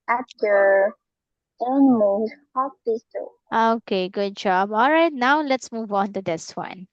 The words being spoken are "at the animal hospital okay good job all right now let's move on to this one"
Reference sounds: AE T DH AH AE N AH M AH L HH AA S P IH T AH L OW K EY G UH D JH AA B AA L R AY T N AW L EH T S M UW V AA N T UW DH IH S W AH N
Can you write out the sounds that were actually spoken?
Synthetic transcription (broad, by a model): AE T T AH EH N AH M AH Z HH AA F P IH S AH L OW K EY G UH D JH AA B AA L R AY T N AW L EH T S M UW V AA N T UW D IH S W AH N